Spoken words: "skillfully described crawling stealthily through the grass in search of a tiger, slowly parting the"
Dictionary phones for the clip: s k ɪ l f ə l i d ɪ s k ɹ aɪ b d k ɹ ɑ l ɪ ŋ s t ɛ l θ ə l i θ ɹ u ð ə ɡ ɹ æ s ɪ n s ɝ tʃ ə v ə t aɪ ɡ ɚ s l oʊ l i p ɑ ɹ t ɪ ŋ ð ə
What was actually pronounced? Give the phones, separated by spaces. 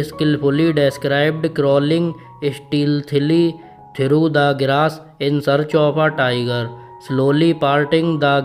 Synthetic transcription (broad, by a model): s k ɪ l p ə l i d ɪ s k ɹ aɪ b d k ɹ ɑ l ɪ ŋ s t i l t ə l i t ɹ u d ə ɡ ɹ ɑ s ɪ n s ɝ tʃ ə p ə t aɪ ɡ ɚ s l oʊ l i p ɑ ɹ t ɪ ŋ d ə